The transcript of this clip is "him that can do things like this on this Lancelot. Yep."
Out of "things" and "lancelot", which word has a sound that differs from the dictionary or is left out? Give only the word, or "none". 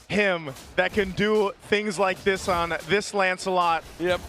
none